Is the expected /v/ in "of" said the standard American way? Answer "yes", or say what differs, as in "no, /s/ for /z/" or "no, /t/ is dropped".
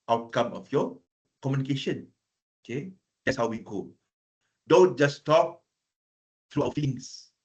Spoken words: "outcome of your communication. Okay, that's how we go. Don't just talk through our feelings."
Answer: no, /f/ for /v/